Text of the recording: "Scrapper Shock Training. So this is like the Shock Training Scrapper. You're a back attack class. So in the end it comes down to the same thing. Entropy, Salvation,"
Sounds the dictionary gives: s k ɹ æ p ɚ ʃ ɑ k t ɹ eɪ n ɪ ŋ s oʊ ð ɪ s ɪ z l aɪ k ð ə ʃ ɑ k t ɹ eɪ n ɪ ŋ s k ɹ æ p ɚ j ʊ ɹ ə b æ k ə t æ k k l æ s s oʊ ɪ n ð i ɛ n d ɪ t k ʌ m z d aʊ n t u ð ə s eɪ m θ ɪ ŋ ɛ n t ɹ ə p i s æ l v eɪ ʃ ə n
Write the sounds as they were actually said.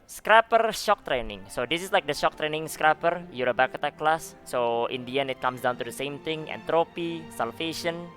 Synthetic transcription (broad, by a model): s k ɹ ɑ p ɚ ʃ ɑ k t ɹ eɪ n ɪ ŋ s oʊ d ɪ s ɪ s l aɪ k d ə ʃ ɑ k t ɹ eɪ n ɪ ŋ s k ɹ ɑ p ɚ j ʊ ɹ ə b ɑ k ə t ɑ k k l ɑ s s oʊ ɪ n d i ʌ n ɪ t k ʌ m s d aʊ n t u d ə s eɪ m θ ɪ ŋ ɛ n t ɹ ə p i s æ l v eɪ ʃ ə n